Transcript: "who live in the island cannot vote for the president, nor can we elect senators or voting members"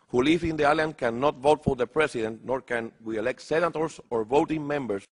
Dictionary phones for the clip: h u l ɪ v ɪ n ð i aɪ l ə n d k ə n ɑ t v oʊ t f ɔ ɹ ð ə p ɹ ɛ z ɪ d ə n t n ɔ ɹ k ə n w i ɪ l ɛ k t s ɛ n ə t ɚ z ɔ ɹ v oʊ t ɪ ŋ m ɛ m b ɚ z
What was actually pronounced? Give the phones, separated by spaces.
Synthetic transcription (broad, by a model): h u l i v ɪ n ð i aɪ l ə n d k ə n ɑ t v oʊ t f ɔ ɹ ð ə p ɹ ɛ s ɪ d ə n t n ɔ ɹ k ə n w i ɪ l ɛ k t s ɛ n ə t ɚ s ɔ ɹ v oʊ t ɪ ŋ m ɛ m b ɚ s